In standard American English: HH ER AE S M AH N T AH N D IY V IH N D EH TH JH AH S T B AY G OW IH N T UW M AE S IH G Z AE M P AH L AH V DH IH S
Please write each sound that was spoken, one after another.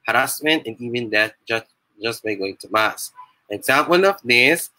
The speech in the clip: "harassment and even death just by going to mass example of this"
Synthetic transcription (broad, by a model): HH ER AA S M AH N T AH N IY V IH N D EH T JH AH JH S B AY G OW IH N T UW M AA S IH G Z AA M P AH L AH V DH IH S